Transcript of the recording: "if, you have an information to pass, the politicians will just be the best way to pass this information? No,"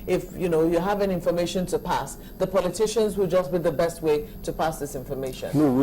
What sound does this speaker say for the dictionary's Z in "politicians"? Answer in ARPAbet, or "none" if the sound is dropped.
Z